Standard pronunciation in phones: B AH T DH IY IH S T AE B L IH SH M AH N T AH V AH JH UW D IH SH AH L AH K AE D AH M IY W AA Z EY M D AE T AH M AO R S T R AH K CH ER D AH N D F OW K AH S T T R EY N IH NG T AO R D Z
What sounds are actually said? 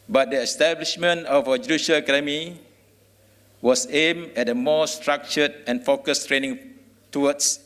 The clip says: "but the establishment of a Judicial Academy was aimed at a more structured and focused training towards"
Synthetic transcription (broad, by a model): B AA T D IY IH S T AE B L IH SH M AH N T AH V AH JH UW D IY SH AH L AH K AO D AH M IY W AA S EY M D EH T AH M AO S T R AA K CH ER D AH N F OW K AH S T T R EY N IH NG T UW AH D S